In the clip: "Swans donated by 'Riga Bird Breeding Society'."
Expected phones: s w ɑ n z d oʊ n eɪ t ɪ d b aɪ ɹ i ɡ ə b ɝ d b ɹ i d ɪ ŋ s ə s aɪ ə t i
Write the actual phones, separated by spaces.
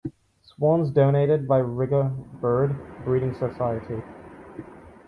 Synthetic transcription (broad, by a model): s w ɑ n z d oʊ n eɪ t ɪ d b aɪ ɹ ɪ ɡ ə b ɝ d b ɹ i d ɪ ŋ s ə s aɪ ə t i